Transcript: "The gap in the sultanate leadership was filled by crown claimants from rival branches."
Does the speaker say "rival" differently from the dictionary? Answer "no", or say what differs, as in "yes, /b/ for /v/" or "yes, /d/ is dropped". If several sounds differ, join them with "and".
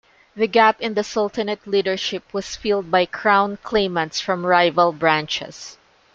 no